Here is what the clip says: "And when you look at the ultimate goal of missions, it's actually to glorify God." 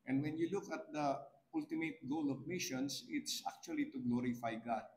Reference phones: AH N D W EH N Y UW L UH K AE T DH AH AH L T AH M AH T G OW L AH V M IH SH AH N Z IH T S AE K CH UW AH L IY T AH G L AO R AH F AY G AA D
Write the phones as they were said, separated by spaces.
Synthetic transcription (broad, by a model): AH N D W EH N Y UW L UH K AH T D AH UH L T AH M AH T G OW L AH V M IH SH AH N S IH T S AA K CH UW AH L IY T AH G L AO R AH F AY G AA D